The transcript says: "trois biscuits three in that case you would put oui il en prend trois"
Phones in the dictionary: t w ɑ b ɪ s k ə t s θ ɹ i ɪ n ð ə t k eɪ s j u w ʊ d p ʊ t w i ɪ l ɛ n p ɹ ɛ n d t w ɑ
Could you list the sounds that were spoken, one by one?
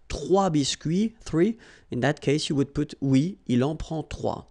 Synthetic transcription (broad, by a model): t w ɑ b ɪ s k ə θ ɹ i ɪ n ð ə t k eɪ s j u w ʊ d p ʊ t w i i l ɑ p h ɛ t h w ɑ